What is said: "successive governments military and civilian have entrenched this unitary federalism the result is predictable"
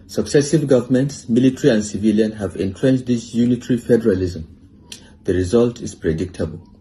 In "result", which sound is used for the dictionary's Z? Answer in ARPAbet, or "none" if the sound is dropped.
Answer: Z